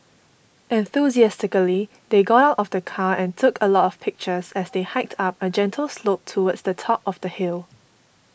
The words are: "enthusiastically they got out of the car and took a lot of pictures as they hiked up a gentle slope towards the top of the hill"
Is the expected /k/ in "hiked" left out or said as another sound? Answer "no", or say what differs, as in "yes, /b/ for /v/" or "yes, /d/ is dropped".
no